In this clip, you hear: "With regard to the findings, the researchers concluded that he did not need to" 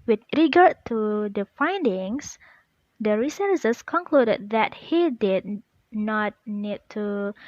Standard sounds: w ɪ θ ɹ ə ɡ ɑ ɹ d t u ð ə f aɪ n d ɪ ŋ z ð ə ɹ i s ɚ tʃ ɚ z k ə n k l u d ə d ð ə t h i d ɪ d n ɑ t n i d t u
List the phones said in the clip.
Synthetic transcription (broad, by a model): w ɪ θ ɹ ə ɡ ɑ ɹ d t u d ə f aɪ n d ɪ ŋ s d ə ɹ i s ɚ s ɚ s k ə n k l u d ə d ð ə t h i d ɪ d n ɑ t n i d t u